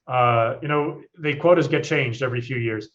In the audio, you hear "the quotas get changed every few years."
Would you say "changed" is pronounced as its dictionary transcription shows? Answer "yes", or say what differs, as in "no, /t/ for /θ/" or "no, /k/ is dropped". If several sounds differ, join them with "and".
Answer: yes